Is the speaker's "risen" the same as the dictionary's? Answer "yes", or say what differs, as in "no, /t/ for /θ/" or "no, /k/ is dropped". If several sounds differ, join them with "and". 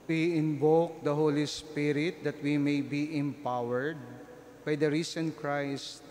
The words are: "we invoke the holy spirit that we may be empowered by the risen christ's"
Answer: no, /s/ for /z/